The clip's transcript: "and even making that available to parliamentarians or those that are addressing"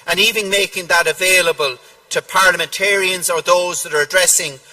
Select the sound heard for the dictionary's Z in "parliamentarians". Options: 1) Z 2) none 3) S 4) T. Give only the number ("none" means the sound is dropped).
1